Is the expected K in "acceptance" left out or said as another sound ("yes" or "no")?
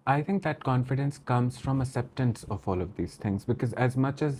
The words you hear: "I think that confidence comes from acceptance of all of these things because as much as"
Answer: yes